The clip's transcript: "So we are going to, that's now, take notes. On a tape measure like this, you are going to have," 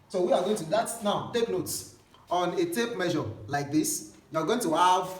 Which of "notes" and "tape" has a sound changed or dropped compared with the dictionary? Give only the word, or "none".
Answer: none